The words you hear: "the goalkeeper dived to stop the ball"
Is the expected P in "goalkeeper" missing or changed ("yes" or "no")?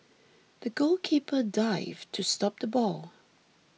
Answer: no